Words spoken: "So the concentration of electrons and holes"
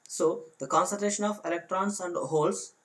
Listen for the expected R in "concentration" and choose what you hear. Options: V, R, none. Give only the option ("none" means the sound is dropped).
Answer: none